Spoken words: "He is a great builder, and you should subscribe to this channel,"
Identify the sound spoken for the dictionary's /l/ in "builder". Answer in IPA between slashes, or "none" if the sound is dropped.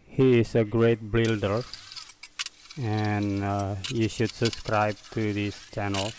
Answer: /l/